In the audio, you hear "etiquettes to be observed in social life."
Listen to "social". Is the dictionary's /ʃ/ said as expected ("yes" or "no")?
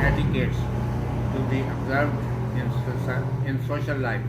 no